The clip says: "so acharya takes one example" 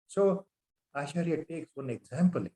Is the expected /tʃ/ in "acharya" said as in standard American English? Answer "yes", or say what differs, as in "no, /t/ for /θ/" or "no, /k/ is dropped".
no, /ʃ/ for /tʃ/